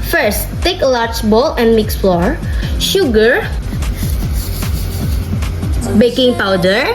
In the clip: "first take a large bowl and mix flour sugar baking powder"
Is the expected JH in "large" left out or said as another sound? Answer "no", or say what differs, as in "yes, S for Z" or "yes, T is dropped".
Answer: yes, CH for JH